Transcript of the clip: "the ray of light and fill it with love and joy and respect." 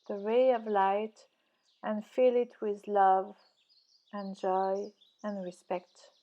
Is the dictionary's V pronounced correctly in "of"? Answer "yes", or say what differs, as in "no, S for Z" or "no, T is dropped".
yes